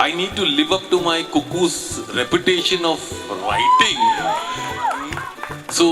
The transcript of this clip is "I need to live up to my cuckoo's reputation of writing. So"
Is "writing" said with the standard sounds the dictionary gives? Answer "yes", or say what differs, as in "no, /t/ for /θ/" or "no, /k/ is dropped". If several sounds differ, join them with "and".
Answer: yes